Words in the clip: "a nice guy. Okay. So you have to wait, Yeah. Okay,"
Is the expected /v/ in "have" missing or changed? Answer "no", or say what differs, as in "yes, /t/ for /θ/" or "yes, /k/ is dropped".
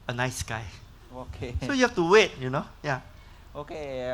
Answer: yes, /f/ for /v/